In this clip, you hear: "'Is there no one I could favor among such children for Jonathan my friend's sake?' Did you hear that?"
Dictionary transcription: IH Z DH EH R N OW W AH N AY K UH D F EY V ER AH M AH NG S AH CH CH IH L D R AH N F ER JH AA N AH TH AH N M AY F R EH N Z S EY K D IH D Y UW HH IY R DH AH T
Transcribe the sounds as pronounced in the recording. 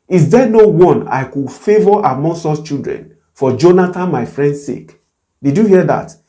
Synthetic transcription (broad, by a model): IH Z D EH N OW W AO N AY K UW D F EY V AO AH M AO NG S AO S CH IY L D R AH N F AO JH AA N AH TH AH N M AY F R EH N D S EY K D IH D Y UW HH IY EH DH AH T